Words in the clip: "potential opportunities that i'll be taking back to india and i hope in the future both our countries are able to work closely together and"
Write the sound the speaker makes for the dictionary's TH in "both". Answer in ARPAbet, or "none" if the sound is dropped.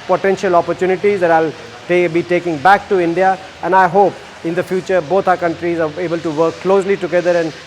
T